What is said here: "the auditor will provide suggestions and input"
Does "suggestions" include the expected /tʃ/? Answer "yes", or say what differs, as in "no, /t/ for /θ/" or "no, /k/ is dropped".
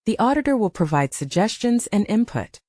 yes